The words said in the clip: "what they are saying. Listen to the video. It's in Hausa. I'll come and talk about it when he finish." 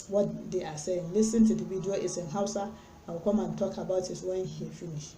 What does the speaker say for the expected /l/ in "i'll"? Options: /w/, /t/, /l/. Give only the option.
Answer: /w/